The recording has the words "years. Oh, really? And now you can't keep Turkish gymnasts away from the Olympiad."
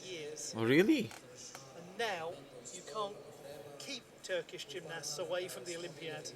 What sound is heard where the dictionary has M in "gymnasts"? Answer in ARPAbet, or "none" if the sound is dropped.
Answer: M